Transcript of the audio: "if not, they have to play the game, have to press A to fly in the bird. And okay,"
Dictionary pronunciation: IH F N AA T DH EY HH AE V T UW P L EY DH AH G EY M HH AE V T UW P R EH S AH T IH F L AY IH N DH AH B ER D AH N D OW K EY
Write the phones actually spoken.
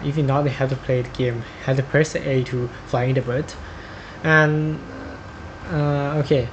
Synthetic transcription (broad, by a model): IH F N AA T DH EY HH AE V T UW P L EY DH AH G EY M HH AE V T UW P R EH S AH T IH F L AY IH N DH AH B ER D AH N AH OW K EY